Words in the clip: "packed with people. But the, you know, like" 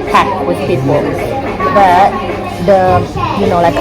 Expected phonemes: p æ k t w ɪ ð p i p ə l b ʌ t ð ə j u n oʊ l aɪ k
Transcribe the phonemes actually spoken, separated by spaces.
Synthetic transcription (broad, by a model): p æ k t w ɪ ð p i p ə n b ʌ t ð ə j u n oʊ l aɪ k